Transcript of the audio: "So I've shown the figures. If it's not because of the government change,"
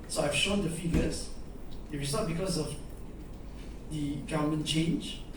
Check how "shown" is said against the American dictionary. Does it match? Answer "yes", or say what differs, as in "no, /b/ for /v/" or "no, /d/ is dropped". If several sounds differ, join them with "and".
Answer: yes